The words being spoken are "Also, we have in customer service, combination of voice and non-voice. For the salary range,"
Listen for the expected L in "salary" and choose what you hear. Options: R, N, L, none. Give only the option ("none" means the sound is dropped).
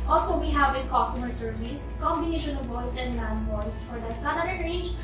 N